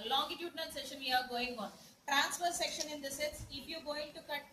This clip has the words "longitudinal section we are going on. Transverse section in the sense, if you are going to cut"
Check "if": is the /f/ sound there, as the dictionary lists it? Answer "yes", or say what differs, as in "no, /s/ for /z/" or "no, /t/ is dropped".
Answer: no, /p/ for /f/